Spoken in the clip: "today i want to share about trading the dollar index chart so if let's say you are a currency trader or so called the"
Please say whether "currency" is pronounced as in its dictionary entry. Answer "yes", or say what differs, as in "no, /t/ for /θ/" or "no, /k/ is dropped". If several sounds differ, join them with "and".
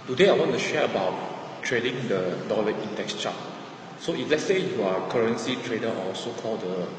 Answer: yes